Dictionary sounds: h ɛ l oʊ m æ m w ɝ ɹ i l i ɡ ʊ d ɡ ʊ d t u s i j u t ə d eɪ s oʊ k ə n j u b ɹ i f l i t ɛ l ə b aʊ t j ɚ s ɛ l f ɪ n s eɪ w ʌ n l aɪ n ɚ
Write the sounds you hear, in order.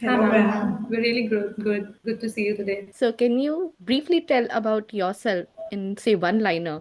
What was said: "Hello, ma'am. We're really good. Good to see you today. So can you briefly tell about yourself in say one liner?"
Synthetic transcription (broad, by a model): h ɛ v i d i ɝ l i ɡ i ɡ ʊ d ɡ ʊ d t u s i j u t ə d eɪ s oʊ k ə n j u b ɹ i f l i t ɛ l ə b aʊ t j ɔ s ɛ l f ɪ n s eɪ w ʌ n l aɪ n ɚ